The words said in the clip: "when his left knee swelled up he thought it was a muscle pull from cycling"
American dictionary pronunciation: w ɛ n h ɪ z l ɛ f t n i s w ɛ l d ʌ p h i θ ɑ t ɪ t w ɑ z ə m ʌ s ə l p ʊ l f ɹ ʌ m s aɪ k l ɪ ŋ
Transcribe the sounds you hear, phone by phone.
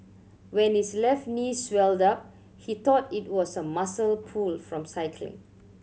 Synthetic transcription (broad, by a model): w ɛ n h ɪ s l ɛ f t n i s w ɛ l d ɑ p h i t ɑ t ɪ t w ɑ s ə m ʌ s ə l p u l f ɹ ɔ m s aɪ k l ɪ ŋ